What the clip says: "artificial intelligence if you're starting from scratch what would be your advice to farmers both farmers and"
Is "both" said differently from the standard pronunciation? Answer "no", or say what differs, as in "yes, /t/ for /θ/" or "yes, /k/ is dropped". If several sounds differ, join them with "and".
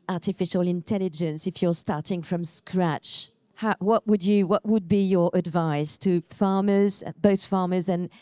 no